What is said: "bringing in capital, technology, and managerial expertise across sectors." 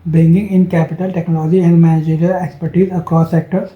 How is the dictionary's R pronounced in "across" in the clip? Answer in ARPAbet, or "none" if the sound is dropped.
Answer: none